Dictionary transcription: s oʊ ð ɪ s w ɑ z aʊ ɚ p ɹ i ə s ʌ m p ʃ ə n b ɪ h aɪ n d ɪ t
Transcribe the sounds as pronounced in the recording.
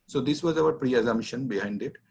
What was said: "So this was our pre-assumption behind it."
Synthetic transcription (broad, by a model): s oʊ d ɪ s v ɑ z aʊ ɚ p ɹ i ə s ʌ m ʃ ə n b ɪ h aɪ n d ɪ t